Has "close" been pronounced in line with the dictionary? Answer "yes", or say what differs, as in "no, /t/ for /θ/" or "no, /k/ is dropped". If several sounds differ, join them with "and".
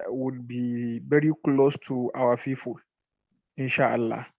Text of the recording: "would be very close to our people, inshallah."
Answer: yes